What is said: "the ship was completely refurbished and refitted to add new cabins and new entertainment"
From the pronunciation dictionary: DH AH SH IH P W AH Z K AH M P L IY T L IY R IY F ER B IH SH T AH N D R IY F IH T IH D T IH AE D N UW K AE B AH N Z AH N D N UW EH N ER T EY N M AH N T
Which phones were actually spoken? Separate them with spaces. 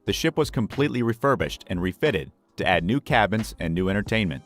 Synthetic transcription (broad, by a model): DH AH SH IH P W AH Z K AH M P L IY T L IY R IY F ER B IH SH T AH N R IY F IH T IH D T IH AE D N UW K AE B AH N Z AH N N UW EH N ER T EY N M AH N T